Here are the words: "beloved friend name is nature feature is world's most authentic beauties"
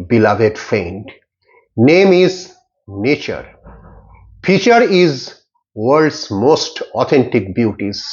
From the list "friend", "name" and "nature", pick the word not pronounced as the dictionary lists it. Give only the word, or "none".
friend